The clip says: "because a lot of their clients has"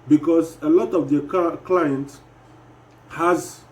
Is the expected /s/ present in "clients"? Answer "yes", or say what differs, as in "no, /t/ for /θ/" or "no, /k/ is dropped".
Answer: no, /s/ is dropped